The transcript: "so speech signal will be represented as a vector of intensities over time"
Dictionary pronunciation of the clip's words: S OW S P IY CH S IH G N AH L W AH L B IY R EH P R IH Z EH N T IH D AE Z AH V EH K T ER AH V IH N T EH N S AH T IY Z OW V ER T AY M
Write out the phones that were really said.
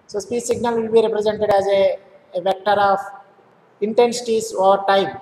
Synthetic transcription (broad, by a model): S OW S P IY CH S IH G N AH L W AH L B IY R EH P R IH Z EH N T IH D AE Z AH V EH K T ER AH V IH N T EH N S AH T IY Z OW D T AY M